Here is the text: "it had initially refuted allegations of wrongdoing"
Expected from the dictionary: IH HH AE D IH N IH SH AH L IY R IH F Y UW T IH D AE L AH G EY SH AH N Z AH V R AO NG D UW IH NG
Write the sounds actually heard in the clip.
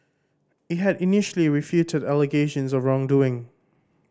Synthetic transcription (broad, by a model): IH HH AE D IH N IH SH AH L IY R IH F Y UW T IH D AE L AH G EY SH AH N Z AH V R AO NG D UW IH NG